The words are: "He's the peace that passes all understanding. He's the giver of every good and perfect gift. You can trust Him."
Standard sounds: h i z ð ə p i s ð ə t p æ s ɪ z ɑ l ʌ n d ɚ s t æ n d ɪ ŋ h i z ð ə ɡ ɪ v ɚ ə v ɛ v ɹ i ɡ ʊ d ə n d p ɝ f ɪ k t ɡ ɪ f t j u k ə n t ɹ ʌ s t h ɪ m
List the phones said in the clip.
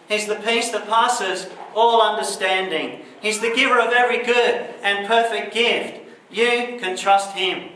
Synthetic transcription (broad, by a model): h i z ð ə p i s ð ə t p æ s ɪ z ɑ l ʌ n d ɚ s t æ n d ɪ ŋ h i z ð ə ɡ ɪ v ɚ ə v ɛ v ɹ i ɡ ʊ d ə n p ɝ f ɪ k t ɡ ɪ f t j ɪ k ə n t ɹ ʌ s t h ɪ m